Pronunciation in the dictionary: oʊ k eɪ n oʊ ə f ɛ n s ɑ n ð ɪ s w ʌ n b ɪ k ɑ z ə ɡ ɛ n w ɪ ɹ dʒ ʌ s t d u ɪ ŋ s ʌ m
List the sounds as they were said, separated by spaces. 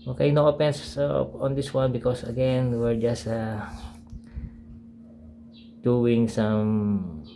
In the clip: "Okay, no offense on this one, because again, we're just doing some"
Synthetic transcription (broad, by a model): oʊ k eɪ n oʊ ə p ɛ n s ɑ n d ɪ s w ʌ n b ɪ k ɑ s ə ɡ ɛ n w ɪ ɹ dʒ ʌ s t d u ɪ ŋ s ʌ m